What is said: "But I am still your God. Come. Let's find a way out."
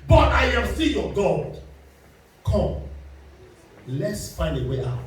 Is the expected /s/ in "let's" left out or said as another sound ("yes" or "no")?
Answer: no